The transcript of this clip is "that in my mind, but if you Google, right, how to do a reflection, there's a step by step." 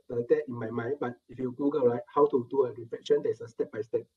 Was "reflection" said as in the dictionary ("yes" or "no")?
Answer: no